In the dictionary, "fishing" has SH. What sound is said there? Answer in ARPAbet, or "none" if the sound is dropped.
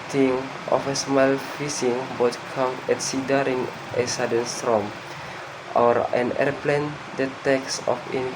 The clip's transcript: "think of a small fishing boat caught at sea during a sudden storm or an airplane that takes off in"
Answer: S